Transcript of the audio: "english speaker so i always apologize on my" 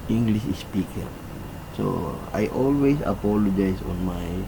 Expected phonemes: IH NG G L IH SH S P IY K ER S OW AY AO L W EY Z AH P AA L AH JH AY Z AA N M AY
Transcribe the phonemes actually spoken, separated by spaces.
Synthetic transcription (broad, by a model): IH NG G L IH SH S P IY K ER S OW AY AO L W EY S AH P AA L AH JH AY S AA N M AY